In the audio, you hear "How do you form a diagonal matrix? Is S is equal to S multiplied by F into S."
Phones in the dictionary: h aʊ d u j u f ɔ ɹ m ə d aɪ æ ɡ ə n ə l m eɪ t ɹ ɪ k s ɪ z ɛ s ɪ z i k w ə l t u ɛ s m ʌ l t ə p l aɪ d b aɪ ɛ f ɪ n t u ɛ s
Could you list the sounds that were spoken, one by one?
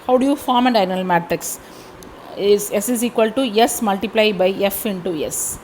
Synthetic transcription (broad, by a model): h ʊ d u j u f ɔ ɹ m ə d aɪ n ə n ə l m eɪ t ɹ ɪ k s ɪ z ɛ s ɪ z i k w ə l t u ɛ s m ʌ l t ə p l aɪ b aɪ ɛ f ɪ n t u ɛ s